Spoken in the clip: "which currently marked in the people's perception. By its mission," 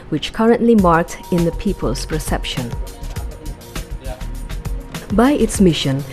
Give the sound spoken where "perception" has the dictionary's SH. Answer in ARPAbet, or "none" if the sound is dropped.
SH